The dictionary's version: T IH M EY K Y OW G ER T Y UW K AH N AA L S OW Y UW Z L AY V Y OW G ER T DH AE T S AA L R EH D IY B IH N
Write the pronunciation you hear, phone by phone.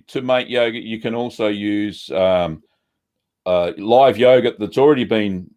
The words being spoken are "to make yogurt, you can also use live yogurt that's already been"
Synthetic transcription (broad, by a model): T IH M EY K Y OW G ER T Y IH K AH N AA L S OW Y UW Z L AY V Y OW G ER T DH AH T S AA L R EH D IY B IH N